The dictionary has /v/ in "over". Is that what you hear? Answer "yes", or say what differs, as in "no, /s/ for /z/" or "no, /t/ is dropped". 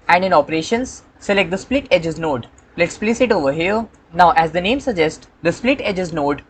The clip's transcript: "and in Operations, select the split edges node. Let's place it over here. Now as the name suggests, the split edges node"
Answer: yes